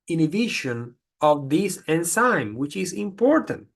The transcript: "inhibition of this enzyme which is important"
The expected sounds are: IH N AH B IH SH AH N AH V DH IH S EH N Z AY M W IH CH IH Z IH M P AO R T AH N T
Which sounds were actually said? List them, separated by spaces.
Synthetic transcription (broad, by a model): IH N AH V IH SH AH N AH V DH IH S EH N S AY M W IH CH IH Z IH M P AO R T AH N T